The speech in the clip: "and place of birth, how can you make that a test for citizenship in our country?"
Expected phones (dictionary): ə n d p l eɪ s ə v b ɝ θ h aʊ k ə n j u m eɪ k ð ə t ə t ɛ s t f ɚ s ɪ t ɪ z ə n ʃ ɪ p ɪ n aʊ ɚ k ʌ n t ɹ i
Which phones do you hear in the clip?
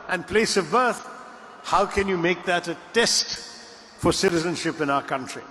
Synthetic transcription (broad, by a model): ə n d p l eɪ s ə v b ɝ θ h aʊ k ə n j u m eɪ k ð ə t ə t ɛ s t f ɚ s ɪ t ɪ z ə n ʃ ɪ p ɪ n aʊ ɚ k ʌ n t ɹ i